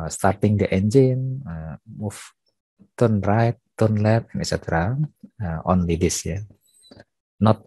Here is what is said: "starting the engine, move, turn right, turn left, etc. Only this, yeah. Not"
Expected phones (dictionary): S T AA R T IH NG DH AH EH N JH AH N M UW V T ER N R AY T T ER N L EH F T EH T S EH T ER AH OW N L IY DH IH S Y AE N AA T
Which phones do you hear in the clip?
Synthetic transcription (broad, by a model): S T AA R T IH NG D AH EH N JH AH N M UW F T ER N R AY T T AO N L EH T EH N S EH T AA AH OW N L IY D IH S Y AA N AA T